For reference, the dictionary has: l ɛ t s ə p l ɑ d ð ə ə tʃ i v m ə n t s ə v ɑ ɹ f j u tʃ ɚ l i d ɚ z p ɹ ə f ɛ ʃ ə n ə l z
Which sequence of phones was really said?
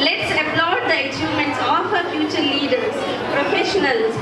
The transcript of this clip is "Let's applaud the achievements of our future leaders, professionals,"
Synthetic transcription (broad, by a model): l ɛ t s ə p l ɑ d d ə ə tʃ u m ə n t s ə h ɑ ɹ f j u tʃ ɚ l i d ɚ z p ɹ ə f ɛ ʃ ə n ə l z